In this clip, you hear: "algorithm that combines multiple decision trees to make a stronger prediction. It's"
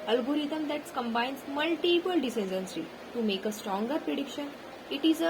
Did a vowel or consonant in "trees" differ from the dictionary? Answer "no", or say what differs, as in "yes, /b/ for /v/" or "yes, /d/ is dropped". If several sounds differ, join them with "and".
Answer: yes, /s/ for /t/ and /z/ is dropped